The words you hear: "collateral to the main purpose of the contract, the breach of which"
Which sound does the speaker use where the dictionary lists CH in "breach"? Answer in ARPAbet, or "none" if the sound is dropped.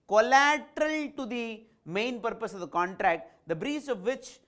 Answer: S